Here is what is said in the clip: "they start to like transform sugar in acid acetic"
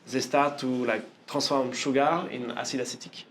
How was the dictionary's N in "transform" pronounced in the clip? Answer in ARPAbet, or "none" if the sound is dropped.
none